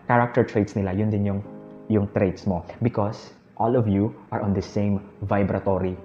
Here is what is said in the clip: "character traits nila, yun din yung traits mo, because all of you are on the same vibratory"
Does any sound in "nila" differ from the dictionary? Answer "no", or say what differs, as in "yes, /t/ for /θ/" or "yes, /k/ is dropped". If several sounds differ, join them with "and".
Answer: no